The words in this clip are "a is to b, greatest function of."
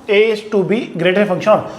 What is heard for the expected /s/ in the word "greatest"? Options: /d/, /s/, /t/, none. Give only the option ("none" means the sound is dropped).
none